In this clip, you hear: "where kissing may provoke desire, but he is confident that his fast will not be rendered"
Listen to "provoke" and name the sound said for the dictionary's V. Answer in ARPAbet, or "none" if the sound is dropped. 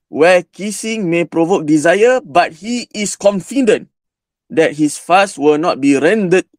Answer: V